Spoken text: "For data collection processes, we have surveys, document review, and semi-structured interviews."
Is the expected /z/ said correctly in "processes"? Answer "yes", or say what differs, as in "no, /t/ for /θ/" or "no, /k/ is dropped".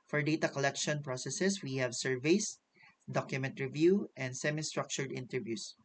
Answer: no, /s/ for /z/